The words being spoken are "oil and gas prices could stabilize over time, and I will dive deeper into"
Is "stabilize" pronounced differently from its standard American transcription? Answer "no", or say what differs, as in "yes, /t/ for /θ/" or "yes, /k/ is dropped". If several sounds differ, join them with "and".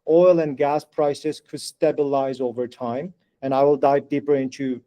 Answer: no